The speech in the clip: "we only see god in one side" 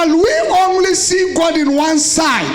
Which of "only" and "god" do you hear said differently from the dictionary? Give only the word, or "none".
none